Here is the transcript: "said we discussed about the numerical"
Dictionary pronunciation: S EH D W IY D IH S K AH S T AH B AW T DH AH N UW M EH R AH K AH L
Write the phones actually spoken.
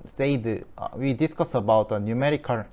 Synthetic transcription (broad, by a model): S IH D W IY D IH S K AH S AH B AW T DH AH N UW M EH R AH K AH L